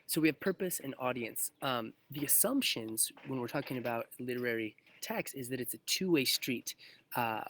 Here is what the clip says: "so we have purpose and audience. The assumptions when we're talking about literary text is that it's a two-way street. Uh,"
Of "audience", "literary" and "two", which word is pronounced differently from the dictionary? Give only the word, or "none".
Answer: none